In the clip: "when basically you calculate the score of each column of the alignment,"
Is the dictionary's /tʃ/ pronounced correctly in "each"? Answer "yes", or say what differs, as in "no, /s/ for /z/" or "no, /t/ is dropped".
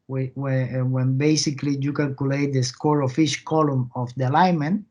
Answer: no, /ʃ/ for /tʃ/